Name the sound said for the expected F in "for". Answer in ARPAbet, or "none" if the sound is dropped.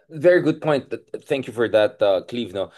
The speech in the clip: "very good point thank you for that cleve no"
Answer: F